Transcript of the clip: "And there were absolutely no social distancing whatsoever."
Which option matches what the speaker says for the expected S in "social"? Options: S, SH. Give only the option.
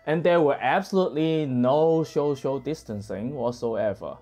SH